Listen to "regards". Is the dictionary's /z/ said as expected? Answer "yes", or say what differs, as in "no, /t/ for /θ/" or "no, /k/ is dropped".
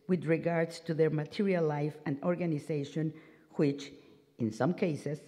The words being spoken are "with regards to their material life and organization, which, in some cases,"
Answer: no, /s/ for /z/